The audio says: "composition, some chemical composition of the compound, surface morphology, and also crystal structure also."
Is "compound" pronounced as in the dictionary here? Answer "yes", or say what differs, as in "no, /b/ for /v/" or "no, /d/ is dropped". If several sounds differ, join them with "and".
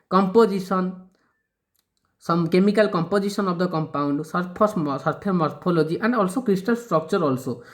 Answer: yes